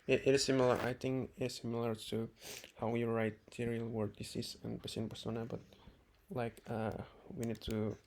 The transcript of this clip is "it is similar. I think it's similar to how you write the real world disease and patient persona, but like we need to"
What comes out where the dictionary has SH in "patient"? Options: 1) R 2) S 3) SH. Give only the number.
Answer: 2